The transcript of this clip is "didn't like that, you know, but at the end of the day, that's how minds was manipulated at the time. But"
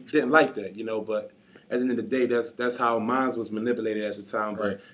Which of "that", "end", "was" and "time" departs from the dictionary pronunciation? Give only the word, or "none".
end